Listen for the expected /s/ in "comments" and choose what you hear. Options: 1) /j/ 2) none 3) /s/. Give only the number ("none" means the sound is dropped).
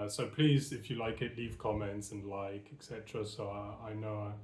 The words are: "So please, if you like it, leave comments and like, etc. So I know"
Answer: 3